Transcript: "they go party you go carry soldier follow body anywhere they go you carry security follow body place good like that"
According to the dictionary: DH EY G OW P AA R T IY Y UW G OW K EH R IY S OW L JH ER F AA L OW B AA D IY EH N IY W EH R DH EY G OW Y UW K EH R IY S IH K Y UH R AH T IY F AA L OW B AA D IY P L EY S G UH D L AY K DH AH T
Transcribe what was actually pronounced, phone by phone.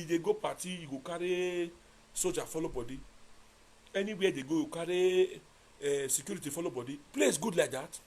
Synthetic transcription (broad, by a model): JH EY G OW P AA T IY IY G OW K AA R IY S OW JH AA F AA L OW B AA D IY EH N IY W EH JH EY G OW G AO K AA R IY S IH K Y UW R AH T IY F AA L OW B AA D IY P L EY S G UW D L AY K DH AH T